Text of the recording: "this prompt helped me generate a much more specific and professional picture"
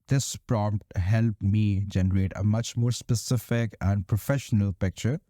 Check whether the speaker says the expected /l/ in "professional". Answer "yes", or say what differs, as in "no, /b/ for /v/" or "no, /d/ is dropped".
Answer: yes